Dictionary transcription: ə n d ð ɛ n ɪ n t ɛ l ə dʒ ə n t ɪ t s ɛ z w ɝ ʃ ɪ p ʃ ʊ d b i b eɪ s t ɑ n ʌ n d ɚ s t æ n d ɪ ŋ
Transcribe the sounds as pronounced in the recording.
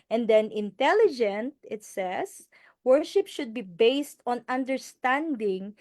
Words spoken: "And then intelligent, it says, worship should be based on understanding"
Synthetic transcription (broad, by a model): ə n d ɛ n ɪ n t ɛ l ə dʒ ə n t ɪ t s ɛ s w ɝ ʃ ɪ p ʃ ʊ d b i b eɪ s t ɑ n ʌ n d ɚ s t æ n d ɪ ŋ